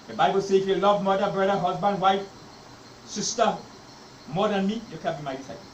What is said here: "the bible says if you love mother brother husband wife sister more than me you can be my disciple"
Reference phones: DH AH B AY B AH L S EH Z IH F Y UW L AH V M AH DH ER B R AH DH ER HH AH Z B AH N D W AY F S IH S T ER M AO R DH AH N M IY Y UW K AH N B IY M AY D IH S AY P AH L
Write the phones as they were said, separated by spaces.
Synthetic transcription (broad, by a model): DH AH B AY B AH L S IH F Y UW L AH V M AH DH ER B R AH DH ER HH AH Z B AH N D W AY F S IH S T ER M AO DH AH N M IY Y UW K AH N B IY M AY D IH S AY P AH